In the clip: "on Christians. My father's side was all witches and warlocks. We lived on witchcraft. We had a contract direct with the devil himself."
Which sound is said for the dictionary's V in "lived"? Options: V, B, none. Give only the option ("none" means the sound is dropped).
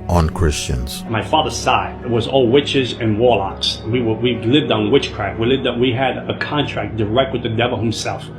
V